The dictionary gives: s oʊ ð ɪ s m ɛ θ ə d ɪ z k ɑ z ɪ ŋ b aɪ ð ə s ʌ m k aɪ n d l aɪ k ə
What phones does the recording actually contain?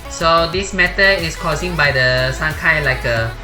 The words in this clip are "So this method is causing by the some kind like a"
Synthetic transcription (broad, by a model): s oʊ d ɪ s m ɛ t ə ɪ s k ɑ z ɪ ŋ b aɪ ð ə s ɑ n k aɪ l aɪ k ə